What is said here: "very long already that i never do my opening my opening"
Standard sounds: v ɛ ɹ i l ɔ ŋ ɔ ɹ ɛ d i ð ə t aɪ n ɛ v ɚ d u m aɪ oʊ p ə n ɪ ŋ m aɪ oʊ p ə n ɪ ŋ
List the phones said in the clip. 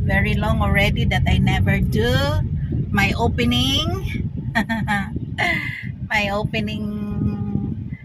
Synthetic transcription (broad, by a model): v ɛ ɹ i l ɔ ŋ ɔ ɹ ɛ d i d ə t aɪ n ɛ v ɚ d u m aɪ oʊ p ə n ɪ ŋ m aɪ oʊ p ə n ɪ ŋ